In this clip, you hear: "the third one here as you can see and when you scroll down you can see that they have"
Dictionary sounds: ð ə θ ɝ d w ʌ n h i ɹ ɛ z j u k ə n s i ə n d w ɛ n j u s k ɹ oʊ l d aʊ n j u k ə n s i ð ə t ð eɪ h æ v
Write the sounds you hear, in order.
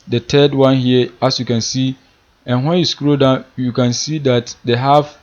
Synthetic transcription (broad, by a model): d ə t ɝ d w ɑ n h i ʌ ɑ s j u k ə n s i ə n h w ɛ n j u s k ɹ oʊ d aʊ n j u k ə n s i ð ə t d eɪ h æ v